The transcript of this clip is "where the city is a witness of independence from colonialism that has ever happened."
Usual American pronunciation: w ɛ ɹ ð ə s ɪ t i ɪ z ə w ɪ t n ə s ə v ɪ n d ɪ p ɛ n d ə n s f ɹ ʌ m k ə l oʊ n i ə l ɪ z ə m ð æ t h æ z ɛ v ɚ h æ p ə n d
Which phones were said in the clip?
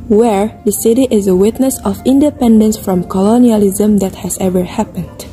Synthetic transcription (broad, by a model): w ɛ ɹ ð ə s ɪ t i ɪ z ə w ɪ t n ə s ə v ɪ n d ɪ p ɛ n d ə n s f ɹ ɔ m k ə l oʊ n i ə l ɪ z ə m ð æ t h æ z ɛ v ɚ h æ p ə n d